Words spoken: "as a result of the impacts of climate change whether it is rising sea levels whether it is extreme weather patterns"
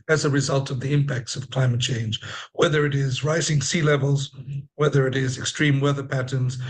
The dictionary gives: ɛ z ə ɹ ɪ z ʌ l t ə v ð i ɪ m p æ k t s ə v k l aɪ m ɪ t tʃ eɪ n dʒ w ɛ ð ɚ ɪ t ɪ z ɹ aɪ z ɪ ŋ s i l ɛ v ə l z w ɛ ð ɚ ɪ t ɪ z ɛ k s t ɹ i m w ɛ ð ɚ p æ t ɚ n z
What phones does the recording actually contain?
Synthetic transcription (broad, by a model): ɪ z ə ɹ ɪ z ʌ l t ə v ð i ɪ m p æ k t s ə v k l aɪ m ɪ t tʃ eɪ n dʒ w ɛ ð ɚ ɪ t ɪ z ɹ aɪ z ɪ ŋ s i l ɛ v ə l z w ɛ ð ɚ ɪ t ɪ z ɛ k s t ɹ i m w ɛ ð ɚ p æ t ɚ n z